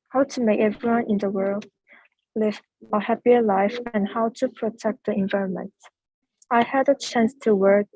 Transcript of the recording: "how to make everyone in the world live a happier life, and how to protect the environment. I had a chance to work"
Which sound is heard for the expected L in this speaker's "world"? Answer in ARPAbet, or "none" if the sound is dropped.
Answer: L